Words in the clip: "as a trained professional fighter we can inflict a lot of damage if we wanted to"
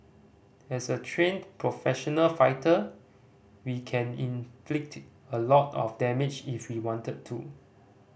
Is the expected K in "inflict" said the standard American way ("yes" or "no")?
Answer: yes